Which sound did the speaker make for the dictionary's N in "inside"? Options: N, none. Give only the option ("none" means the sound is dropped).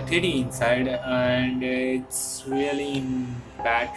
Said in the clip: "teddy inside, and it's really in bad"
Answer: N